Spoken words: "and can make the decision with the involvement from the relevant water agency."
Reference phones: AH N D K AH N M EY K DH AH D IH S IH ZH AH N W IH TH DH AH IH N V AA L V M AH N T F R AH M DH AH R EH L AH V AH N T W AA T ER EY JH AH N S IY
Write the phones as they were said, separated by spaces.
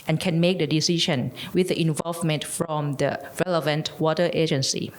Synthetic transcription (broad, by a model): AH N K AH N M EY K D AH D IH S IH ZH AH N W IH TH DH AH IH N V AA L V M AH N T F R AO M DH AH R EH L AH V AH N T W AA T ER EY JH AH N S IY